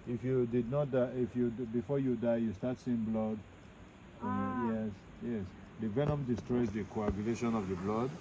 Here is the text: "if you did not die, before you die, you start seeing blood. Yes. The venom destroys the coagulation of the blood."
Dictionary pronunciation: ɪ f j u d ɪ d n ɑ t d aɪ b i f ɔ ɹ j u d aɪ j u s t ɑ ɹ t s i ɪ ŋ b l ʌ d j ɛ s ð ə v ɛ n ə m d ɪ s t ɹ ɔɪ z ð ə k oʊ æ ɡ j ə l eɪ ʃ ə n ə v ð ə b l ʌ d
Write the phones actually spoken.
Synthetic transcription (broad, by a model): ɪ f j u d ɪ d n ɑ t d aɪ b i f ɔ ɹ j u d aɪ j u s t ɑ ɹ t s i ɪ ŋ b l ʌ d j ɛ s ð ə v ɛ n ə m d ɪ s t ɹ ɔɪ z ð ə k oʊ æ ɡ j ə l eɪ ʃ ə n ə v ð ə b l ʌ d